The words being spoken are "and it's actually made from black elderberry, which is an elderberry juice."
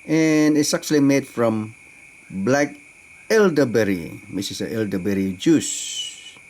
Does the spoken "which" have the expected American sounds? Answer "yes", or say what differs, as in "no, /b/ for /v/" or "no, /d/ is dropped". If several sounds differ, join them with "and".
no, /s/ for /tʃ/